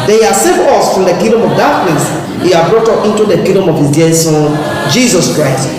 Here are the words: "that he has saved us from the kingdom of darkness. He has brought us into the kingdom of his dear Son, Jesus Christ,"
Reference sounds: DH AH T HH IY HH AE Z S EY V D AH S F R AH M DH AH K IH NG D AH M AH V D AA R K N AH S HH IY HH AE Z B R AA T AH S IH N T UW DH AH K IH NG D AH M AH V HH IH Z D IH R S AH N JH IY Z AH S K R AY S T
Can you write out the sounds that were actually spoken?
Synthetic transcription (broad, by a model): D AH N HH IY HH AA S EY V AH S F R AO M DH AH K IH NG D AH M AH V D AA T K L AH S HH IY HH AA B R AA T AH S IH N T UW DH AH K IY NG D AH M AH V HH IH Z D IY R S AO N JH IY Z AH S K R AY S T